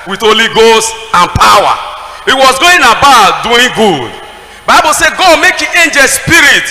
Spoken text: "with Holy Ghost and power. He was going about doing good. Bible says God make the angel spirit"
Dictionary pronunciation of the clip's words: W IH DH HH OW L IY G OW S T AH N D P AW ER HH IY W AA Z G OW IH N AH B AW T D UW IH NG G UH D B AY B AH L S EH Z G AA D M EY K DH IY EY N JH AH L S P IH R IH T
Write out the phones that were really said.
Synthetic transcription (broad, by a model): W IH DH OW L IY G OW S T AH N P AW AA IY W AA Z G OW IH N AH B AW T D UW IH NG G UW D B AY B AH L S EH G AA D M EY K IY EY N JH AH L S P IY R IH T